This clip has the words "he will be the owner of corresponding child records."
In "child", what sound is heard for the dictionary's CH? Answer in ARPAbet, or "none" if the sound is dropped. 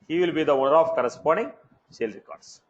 S